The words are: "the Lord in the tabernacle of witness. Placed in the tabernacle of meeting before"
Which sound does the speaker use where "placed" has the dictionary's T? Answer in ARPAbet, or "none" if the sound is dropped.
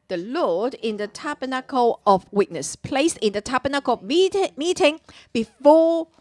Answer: none